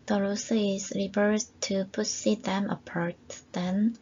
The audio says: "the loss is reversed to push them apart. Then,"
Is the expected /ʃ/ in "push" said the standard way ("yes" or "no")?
no